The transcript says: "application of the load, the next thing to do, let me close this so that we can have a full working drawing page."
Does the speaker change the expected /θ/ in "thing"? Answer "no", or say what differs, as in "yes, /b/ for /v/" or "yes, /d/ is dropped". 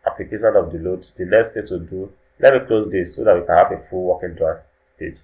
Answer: yes, /t/ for /θ/